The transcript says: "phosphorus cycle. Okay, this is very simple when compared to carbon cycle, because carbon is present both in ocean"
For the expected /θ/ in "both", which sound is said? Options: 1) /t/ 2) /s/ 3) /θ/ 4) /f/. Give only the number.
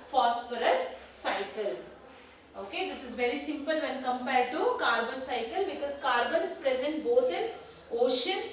1